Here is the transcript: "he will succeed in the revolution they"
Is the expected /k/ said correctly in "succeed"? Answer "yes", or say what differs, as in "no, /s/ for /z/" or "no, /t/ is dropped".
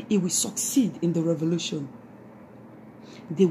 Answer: yes